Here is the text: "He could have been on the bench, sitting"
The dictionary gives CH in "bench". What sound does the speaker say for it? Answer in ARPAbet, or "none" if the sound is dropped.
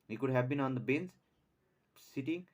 S